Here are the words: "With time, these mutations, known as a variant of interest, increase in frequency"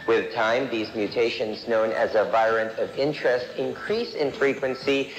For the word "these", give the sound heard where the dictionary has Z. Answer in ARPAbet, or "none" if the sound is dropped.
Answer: Z